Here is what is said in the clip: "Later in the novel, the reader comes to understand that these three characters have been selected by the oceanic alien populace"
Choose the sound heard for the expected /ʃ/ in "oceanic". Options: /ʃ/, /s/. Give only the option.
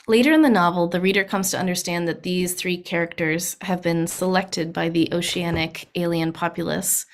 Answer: /ʃ/